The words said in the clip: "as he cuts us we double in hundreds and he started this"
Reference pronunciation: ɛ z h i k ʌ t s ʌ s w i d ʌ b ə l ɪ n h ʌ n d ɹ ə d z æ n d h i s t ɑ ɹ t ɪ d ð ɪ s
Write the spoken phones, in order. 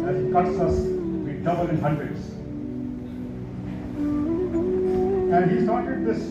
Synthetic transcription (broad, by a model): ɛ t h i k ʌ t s ʌ s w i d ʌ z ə n ɪ n h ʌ n d ɹ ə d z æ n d h i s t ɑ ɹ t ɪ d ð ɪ s